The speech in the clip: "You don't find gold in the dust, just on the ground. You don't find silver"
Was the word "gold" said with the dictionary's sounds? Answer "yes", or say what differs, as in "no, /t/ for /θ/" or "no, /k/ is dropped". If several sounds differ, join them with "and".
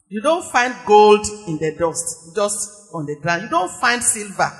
yes